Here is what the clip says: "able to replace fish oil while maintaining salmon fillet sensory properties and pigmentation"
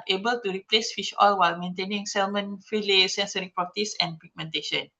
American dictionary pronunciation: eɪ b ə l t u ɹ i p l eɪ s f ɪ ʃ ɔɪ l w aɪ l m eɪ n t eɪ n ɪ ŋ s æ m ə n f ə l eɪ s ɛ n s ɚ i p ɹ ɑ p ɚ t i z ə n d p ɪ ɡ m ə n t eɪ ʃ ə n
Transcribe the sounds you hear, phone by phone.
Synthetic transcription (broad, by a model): eɪ b ə l t u ɹ i p l eɪ s f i ʃ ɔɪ l w aɪ l m eɪ n t eɪ n ɪ ŋ s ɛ m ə n f ə l eɪ s ɛ n s ɚ i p ɑ t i s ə n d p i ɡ m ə n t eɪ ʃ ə n